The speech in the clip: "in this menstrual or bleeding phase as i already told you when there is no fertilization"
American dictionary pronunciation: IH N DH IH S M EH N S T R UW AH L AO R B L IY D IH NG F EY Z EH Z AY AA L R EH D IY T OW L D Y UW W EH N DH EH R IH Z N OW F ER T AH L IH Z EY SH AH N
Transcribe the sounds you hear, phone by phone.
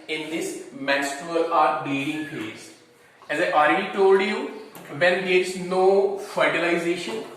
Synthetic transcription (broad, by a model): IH N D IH S M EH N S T UW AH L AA R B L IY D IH NG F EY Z EH Z AY AA L R EH D IY T OW L D Y UW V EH N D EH R IH Z N OW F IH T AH L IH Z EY SH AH N